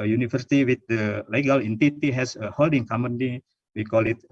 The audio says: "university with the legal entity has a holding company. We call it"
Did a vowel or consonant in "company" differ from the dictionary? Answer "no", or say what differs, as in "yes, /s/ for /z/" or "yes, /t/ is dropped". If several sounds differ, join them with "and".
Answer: yes, /p/ is dropped